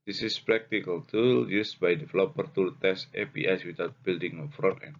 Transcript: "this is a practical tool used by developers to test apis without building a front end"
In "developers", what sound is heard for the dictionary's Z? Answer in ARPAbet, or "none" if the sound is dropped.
none